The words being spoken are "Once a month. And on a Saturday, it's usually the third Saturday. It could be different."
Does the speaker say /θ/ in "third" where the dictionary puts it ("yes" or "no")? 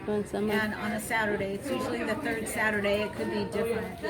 yes